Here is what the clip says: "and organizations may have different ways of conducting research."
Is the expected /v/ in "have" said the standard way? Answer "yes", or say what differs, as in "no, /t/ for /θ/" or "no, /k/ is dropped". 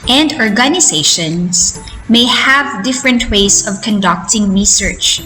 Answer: yes